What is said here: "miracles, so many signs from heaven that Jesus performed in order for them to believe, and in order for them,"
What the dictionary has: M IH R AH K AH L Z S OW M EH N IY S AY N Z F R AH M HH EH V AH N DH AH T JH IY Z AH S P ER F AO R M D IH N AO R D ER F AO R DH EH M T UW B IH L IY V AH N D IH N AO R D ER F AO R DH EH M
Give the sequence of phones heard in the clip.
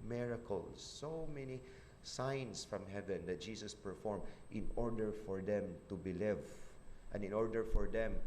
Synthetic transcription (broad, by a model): M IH R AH K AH L S OW M EH N IY S AY N S F R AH M HH EH V AH N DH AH T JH IY S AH S P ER F AO R M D IH N AO R D ER F AO R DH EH M T UW B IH L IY V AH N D IH N AO R D ER F AO R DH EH M